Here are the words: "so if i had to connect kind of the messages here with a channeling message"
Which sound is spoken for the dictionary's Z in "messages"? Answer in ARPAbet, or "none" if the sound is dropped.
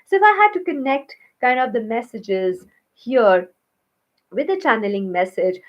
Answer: Z